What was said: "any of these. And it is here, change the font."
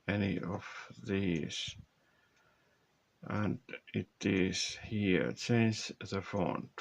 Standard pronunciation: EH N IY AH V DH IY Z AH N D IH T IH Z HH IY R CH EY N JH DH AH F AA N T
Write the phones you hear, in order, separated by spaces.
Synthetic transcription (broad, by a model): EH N IY AH V DH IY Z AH N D IH T IH Z HH IY R S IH N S DH AH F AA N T